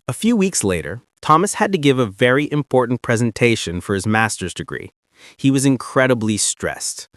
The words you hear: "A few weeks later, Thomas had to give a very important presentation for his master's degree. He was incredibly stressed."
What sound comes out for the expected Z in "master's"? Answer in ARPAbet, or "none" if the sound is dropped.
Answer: Z